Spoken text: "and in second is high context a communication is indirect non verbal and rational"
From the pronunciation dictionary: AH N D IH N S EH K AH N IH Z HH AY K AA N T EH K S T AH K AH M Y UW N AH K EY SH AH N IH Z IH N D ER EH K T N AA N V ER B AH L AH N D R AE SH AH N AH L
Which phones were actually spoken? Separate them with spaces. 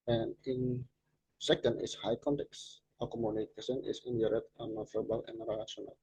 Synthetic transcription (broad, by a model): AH N IH N S EH K AH N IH S HH AY K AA N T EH K S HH AH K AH M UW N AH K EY S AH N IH S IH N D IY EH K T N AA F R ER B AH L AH N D R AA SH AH N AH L